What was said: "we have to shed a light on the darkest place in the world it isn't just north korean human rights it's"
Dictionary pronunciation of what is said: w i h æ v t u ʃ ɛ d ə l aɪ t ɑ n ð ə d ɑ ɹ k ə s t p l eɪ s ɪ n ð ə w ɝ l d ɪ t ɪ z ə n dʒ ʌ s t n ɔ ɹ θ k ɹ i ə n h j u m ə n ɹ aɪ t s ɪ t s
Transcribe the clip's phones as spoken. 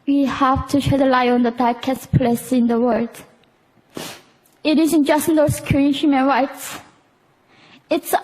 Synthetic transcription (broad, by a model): w i h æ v t u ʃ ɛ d ə l aɪ ɑ n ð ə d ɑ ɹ k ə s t p l eɪ s ɪ n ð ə w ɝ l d ɪ t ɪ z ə n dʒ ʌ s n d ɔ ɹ s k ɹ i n h j u m ə n ɹ aɪ t s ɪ t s